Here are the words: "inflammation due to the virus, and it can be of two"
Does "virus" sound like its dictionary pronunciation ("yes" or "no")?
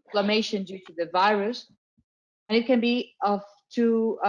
yes